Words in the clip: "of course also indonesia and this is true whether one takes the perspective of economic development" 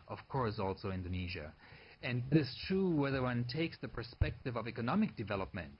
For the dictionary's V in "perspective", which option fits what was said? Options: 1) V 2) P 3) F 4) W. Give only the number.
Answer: 1